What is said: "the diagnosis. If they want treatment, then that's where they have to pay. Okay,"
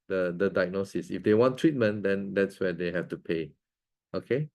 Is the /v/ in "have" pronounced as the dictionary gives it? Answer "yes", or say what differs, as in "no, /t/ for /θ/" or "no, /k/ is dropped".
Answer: no, /f/ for /v/